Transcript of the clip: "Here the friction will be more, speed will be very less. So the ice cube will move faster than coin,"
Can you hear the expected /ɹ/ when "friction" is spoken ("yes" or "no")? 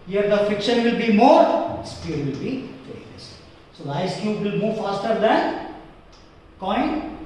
no